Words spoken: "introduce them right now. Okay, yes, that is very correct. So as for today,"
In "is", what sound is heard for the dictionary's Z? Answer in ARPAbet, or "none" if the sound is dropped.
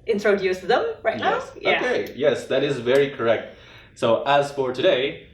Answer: Z